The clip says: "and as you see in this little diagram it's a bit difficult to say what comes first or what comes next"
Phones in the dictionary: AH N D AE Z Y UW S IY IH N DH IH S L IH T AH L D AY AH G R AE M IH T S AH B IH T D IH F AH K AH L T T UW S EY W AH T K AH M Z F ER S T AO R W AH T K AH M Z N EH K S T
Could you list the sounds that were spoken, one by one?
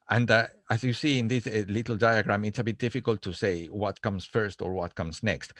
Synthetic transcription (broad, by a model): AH N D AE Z Y UW S IY IH N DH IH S L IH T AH L D AY AH G R AE M IH T S AH B IH T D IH F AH K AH L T T UW S EY W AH T K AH M S F ER S T AO R W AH T K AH M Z N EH K S T